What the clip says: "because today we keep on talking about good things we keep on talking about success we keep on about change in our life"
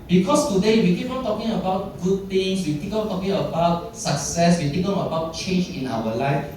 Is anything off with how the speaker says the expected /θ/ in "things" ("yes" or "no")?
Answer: yes